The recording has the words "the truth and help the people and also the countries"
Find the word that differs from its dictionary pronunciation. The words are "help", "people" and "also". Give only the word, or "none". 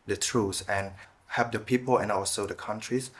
help